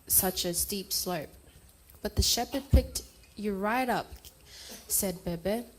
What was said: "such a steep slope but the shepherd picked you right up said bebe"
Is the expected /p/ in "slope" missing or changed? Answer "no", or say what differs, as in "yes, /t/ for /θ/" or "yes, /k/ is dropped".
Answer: no